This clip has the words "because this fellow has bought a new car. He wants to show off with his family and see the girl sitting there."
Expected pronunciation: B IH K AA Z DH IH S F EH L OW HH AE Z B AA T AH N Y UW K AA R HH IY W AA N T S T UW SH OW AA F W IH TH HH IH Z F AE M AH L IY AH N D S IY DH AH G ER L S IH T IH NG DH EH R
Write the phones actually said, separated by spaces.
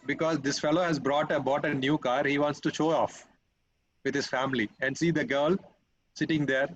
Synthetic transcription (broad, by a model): B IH K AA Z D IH S F EH L OW HH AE Z B AA T AH N Y UW K AA R HH IY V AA N T S T UW SH OW AA F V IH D HH IH Z F AE M AH L IY AH N D S IY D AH G ER L S IH T IH NG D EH R